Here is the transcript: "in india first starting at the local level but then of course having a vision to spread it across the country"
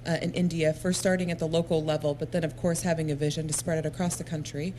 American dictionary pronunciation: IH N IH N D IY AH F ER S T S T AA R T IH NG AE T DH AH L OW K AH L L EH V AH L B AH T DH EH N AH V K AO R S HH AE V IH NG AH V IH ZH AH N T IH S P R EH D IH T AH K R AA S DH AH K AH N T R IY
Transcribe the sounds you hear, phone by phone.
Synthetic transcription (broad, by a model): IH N IH N D IY AH F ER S S T AA R T IH NG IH T DH AH L OW K L L EH V L B AH T DH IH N AH V K AO R S HH AE V IH NG AH V IH ZH AH N T IH S P R EH D IH T AH K R AA S DH AH K AH N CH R IY